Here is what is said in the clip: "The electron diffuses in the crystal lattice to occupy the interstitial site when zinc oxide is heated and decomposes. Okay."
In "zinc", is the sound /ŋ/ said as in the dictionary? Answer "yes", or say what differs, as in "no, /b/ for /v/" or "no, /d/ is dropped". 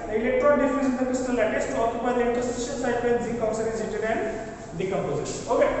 no, /ŋ/ is dropped